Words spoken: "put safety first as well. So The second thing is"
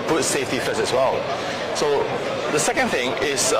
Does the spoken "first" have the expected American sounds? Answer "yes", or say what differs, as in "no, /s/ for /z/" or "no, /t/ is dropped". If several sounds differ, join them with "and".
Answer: no, /t/ is dropped